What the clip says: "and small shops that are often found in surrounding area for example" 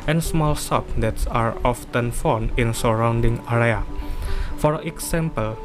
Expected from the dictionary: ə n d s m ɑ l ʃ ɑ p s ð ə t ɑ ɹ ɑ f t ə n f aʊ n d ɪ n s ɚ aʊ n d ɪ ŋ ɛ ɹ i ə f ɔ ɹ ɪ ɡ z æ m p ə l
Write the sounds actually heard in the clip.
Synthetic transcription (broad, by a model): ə n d s m ɑ l s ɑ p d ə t ɑ ɹ ɑ f t ə n f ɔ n ɪ n s ɚ aʊ n d ɪ ŋ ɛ ɹ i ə f ɔ ɹ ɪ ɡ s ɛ m p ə l